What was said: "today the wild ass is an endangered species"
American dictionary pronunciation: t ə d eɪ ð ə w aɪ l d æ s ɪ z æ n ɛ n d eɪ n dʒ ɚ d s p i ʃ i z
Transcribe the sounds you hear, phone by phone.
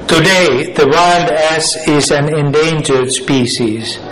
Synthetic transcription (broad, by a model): t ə d eɪ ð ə w aɪ l d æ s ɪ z æ n ɛ n d eɪ n dʒ ɚ d s p i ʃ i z